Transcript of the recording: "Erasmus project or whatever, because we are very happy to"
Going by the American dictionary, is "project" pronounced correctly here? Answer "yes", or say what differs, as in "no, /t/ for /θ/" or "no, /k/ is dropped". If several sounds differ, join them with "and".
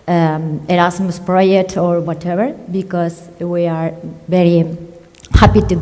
no, /k/ is dropped